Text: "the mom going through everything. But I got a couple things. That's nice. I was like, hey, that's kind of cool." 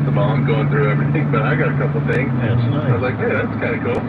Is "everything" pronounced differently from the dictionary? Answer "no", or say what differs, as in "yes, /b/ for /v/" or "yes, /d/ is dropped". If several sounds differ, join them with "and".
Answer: no